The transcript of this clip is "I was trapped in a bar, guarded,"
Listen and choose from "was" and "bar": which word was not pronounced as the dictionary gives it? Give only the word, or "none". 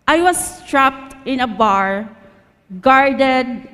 was